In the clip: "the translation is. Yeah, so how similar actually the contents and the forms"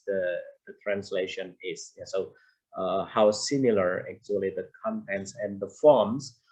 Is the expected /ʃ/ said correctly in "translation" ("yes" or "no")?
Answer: yes